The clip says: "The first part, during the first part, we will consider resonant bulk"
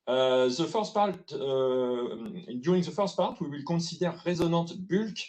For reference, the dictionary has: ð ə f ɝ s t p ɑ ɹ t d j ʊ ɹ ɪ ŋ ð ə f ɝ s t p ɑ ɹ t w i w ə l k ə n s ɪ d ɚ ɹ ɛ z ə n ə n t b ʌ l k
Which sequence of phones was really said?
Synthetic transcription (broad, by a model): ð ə f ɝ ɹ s p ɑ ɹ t d j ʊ ɹ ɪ ŋ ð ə f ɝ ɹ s p ɑ ɹ t w i w ə l k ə s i d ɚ ɹ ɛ z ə n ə t b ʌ l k